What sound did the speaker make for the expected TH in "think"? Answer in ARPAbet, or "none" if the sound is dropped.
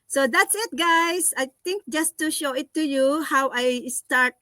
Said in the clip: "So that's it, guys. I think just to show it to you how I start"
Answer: T